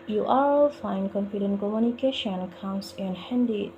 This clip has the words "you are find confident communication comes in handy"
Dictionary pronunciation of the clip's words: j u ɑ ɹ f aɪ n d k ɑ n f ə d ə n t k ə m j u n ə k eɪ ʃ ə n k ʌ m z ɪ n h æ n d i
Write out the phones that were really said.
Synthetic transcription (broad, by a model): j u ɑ l f aɪ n k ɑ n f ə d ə n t k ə m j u n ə k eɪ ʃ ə n k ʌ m s ɪ n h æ n d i